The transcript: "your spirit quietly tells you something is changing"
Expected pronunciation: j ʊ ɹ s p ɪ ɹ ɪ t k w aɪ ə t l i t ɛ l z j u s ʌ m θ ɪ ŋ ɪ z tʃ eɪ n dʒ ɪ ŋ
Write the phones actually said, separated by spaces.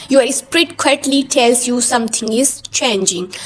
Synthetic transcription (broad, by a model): j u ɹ s p ɹ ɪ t k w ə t l i t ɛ l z j u s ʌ m t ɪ ŋ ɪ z tʃ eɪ n dʒ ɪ ŋ